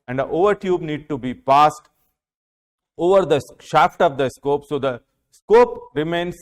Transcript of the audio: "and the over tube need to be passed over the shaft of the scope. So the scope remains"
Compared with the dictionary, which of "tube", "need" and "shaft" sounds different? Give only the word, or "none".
none